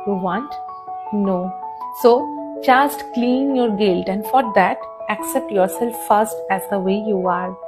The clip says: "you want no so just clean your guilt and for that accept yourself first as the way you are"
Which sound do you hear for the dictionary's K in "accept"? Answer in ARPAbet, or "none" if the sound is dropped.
K